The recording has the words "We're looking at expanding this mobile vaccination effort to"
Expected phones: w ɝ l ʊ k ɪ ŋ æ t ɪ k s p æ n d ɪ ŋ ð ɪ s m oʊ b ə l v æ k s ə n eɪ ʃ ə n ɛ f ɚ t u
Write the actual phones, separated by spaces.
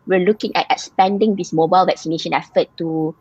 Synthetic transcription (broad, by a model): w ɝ l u k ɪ ŋ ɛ t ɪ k s p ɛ n d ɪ ŋ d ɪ s m oʊ b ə l v æ k s ə n eɪ ʃ ə n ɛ f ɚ t u